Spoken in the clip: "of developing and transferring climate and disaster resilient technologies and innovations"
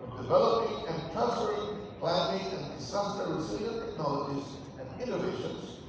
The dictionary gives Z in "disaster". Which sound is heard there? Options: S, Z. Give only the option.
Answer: S